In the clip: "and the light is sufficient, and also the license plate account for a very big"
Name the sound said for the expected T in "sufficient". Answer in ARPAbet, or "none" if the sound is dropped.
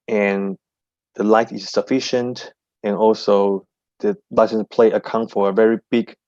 T